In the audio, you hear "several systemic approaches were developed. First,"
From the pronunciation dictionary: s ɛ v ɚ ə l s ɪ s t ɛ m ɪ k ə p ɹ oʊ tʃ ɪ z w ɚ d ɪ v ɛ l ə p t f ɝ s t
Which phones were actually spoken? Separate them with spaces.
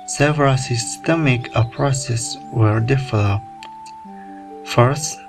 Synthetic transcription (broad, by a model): s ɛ v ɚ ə l s ɪ s t ɛ m ɪ k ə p ɹ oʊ s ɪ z w ɚ d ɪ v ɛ l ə p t f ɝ s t